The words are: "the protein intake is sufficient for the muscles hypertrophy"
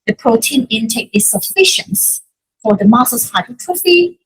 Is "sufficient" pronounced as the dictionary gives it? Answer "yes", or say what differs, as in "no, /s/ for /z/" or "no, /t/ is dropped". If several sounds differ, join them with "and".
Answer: yes